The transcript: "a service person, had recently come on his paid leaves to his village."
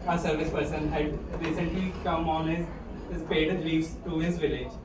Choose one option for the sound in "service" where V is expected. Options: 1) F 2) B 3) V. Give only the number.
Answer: 3